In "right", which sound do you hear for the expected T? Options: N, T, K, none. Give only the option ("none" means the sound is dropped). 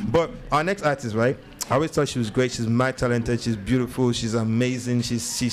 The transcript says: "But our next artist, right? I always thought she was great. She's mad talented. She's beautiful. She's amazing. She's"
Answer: T